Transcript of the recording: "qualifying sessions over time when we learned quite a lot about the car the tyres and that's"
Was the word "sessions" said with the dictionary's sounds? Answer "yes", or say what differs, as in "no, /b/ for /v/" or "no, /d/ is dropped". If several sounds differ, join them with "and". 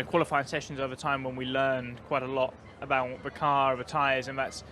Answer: yes